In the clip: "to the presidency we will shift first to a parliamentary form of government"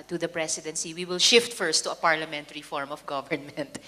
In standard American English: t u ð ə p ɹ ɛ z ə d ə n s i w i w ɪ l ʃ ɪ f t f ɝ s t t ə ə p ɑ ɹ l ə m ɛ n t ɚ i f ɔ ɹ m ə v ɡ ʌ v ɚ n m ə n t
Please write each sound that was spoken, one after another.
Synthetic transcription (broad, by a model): t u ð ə p ɹ ɛ s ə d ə n s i w i w ɪ l ʃ ɪ f t f ɝ s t t ə ə p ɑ ɹ l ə m ɛ n t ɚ i f ɔ ɹ m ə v ɡ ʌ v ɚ n m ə n t